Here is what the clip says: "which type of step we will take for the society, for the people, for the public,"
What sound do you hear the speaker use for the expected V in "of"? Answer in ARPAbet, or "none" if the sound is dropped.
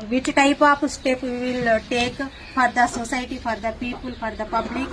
P